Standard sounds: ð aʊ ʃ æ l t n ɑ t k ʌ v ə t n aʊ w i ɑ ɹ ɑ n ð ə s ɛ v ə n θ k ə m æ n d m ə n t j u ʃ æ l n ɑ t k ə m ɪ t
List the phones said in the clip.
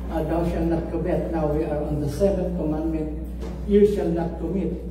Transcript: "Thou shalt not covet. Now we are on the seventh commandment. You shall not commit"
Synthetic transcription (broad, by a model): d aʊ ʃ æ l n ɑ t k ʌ b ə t n aʊ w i ɑ ɹ ɑ n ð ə s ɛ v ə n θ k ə m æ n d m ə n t j u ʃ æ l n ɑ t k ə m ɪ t